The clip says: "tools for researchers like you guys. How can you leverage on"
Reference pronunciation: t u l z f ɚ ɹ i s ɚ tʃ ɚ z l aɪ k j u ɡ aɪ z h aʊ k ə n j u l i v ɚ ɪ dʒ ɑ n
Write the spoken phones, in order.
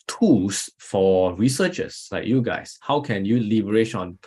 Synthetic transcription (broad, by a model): t u l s f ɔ ɹ i s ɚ tʃ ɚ s l aɪ k j u ɡ aɪ s h aʊ k ə n j u l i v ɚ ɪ ʃ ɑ n